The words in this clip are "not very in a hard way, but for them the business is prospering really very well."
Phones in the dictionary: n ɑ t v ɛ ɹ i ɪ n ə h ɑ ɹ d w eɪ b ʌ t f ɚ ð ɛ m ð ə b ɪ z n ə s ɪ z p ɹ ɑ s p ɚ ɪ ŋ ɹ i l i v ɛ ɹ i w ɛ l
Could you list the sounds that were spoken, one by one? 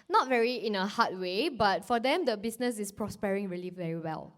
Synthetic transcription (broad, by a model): n ɑ t v ɛ ɹ i ɪ n ə h ɑ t w eɪ b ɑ t f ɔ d ɛ m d ə b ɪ s n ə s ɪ s p ɹ ɑ s p ɚ ɪ ŋ ɹ i l i v ɛ ɹ i w ɛ l